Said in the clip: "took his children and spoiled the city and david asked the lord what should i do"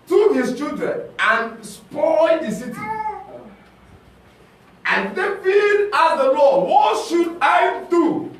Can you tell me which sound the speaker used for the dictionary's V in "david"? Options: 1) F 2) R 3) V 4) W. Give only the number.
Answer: 1